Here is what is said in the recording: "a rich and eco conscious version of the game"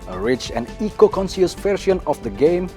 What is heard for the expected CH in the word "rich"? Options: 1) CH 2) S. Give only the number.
1